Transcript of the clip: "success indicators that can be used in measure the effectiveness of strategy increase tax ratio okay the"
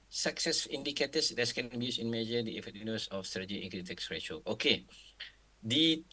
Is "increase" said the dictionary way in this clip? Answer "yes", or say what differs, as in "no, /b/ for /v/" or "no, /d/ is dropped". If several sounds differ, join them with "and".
no, /s/ is dropped